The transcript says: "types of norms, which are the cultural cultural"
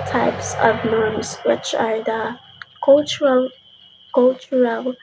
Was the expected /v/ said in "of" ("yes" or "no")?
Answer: yes